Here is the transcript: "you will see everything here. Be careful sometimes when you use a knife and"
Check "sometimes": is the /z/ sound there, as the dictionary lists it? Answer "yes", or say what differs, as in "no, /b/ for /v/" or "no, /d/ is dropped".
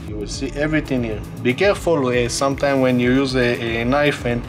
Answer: no, /z/ is dropped